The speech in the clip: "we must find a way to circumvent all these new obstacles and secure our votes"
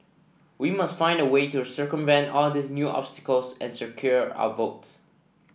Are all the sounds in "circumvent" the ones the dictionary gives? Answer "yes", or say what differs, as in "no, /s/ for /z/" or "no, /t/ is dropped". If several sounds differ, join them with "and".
yes